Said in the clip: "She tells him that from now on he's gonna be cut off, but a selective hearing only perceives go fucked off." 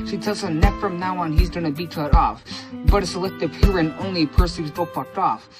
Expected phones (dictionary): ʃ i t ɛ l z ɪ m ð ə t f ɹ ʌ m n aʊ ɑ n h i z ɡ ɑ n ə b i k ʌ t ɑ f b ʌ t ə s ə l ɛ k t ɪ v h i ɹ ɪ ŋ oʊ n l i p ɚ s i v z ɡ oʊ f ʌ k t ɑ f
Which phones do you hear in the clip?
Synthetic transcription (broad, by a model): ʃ i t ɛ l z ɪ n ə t f ɹ ʌ m n aʊ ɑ n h i z ɡ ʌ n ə b i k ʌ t ɑ f b ʌ t ə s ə l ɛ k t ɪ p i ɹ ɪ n oʊ n l i p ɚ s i z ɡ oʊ p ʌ k t ɑ f